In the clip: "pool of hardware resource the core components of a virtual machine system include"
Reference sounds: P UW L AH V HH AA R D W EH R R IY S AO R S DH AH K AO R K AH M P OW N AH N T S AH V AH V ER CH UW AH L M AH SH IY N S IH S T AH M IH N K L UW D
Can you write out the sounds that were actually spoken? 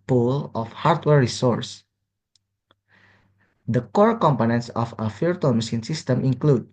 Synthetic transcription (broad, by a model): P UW L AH F HH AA R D W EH R R IY S AO R S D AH K AO R K AH M P OW N AH N T S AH F AH F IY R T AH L M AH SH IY N S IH S T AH M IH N K L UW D